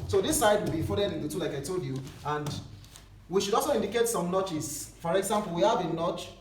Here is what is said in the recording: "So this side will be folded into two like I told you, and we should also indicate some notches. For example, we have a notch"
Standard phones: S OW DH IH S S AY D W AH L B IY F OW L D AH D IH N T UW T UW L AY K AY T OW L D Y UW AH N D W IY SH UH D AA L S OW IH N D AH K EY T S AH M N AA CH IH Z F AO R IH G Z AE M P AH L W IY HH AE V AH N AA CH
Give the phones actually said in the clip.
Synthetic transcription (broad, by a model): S OW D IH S S AY D W AH L B IY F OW D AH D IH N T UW T UW L AY K AY T OW L D Y UW AH N D W IY SH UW D AA L S OW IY N D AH K EY T S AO M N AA CH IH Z F AO R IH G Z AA M P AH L W IY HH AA V AH N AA CH